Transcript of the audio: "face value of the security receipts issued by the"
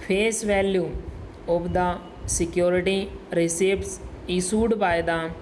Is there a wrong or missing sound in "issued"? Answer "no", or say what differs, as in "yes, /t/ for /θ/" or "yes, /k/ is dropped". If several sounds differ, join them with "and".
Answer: yes, /s/ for /ʃ/